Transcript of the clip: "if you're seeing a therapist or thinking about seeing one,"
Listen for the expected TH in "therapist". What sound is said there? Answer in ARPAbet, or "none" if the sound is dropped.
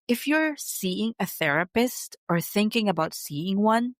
TH